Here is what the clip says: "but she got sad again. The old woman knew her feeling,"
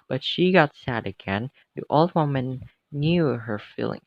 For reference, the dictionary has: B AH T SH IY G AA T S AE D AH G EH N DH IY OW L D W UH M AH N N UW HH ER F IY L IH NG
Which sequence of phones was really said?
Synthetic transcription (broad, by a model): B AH T SH IY G AA T S AE D AH G EH N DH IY OW L D W UH M AH N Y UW HH ER F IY L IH NG